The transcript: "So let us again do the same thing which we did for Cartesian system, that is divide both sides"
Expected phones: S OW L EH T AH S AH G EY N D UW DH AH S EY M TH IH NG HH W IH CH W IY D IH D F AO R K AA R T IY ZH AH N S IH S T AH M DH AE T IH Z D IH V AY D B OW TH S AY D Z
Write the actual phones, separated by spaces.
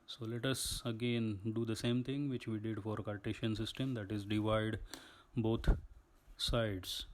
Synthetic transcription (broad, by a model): S OW L EH T AH S AH G EY N D UW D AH S EY M T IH NG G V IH CH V IY D IH D F AO R K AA R T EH SH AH N S IH S T AH M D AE T IH Z D IH V AY D B OW T S AY D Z